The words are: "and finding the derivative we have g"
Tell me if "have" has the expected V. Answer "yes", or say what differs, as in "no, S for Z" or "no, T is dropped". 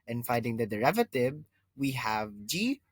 yes